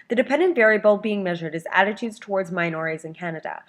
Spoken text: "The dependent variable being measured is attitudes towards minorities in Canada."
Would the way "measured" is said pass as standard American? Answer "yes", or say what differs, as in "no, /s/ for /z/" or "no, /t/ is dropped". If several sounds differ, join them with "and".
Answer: yes